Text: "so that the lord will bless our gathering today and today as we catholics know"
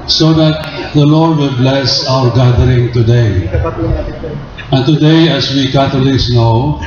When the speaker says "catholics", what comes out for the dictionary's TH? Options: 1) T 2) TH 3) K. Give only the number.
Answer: 1